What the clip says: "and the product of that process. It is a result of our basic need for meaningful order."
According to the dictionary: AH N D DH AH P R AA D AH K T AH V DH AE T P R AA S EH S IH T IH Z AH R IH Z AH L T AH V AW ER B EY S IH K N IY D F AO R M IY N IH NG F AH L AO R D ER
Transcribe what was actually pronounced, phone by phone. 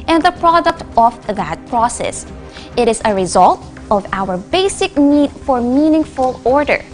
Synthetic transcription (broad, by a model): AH N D DH AH P R AA D AH K T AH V DH AE T P R AA S EH S IH T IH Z AH R IH Z AH L T AH V AW ER B EY S IH K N IY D F AO R M IY N IH NG F AH L AO R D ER